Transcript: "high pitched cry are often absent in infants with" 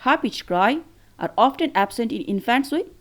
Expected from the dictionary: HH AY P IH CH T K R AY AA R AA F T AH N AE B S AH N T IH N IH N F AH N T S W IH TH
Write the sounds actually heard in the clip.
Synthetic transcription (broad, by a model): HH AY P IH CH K R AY AA R AA F T AH N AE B S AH N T IH N IH N F AH N T S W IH